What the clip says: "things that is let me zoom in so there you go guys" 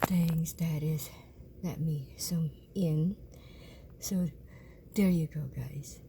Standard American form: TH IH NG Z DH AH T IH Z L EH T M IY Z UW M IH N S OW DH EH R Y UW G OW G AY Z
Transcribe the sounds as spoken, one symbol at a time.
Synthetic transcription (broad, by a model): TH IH NG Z DH AH T IH Z L EH T M IY S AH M IH N S OW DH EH R Y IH G OW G AY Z